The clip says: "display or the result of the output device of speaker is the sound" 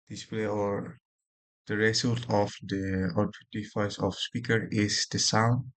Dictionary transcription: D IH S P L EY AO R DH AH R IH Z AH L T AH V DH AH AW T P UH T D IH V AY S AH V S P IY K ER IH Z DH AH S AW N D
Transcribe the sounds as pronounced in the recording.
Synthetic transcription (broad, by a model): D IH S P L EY AO R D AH R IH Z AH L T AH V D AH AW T UW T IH F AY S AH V S P IY K ER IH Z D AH S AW N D